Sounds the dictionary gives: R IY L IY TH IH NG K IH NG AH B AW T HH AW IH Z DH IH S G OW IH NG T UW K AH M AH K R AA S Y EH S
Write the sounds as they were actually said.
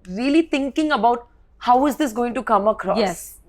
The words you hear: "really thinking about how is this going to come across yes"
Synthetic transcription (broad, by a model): R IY L IY T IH NG K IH NG AH B AW T HH AW IH Z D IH S G OW IH NG T UW K AH M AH K R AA Y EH S